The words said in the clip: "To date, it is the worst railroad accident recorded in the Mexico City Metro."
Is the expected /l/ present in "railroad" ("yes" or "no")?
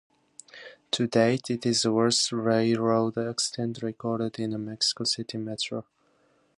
no